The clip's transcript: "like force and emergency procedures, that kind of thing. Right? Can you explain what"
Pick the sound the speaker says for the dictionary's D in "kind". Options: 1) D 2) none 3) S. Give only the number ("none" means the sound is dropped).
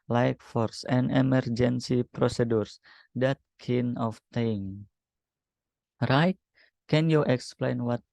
2